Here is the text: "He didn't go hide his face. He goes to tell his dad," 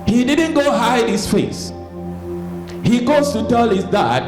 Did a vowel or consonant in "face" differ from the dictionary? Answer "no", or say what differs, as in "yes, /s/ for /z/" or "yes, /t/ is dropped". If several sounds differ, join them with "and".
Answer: no